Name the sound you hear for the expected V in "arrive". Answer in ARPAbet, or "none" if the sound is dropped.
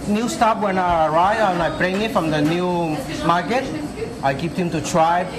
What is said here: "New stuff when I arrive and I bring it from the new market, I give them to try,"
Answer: none